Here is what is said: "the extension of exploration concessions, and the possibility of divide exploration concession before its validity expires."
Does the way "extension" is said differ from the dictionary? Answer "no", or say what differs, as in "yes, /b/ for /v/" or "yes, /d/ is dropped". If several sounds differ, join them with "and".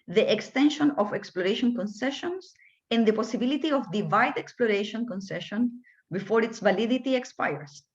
no